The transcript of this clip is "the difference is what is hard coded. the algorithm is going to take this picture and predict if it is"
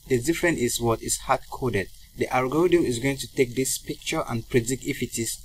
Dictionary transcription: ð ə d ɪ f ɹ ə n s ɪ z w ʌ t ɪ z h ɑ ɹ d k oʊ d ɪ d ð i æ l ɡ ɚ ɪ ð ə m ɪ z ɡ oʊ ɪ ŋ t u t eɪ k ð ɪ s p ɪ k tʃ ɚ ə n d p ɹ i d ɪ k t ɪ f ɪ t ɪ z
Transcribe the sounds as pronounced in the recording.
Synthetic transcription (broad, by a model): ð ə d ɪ f ɹ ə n ɪ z w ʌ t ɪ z h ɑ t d k oʊ d ɪ d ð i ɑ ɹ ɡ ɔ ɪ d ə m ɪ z ɡ oʊ ɪ ŋ t u t eɪ k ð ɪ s p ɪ k tʃ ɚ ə n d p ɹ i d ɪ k ɪ f ɪ t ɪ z